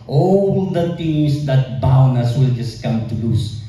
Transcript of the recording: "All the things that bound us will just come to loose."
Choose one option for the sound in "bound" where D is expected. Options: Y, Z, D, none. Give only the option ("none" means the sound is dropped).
none